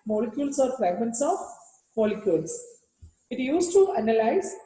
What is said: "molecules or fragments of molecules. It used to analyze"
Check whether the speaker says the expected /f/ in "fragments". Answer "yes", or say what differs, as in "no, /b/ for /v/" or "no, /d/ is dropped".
no, /p/ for /f/